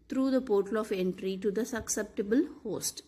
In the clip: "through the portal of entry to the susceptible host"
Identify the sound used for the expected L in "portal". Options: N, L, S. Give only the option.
L